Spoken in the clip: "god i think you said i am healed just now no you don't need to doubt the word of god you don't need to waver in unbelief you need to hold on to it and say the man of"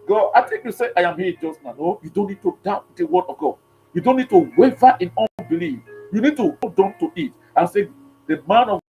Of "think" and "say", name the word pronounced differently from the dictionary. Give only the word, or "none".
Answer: think